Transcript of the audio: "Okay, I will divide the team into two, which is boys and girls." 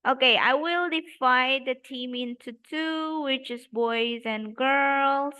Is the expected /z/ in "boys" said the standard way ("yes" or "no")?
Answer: yes